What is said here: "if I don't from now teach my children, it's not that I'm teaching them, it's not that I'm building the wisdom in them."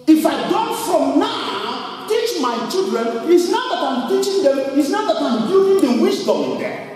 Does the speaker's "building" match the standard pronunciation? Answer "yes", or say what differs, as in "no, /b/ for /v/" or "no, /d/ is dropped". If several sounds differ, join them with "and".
no, /l/ is dropped